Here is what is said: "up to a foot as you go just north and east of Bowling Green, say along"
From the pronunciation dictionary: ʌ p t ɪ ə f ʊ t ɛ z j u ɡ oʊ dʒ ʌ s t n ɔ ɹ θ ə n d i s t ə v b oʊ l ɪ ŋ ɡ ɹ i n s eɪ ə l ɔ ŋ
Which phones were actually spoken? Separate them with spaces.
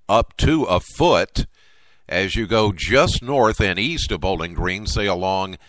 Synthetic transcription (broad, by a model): ʌ p t ɪ ə f ʊ t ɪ z j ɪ ɡ oʊ dʒ ʌ s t n ɔ ɹ θ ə n i s t ə v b oʊ l ɪ ŋ ɡ ɹ i n s eɪ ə l ɔ ŋ